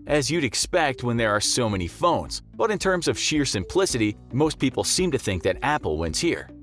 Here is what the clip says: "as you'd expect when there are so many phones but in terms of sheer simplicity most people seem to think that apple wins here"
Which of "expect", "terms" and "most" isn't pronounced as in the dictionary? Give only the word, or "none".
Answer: none